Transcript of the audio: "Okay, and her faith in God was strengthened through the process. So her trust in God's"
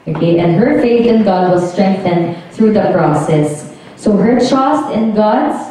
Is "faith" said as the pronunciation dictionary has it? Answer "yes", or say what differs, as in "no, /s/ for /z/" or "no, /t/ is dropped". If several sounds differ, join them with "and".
yes